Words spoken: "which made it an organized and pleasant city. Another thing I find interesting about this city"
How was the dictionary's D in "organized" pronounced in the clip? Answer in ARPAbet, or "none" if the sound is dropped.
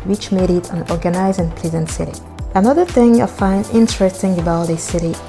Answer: none